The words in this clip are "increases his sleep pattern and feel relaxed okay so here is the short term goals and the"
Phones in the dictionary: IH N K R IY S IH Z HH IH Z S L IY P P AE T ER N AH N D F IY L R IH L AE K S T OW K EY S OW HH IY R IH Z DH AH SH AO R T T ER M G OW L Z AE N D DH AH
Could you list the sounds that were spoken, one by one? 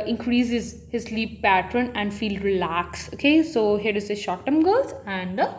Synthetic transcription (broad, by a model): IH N K R IY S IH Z HH IH Z S L IY P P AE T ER N AH N D F IY L R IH L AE K S OW K EY S OW HH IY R IH Z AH SH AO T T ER M G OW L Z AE N D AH